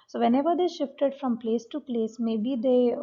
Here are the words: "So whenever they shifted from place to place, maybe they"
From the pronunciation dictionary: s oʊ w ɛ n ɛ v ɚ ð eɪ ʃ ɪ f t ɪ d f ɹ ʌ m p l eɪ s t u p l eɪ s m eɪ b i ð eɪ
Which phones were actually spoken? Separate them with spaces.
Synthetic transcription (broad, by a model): s oʊ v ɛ n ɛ v ɚ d eɪ ʃ ɪ f t ɪ d f ɹ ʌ m p l eɪ s t u p l eɪ s m eɪ b i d eɪ